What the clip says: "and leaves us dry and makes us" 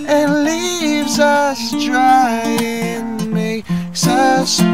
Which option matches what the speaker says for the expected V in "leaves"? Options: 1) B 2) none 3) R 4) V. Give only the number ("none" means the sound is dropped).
4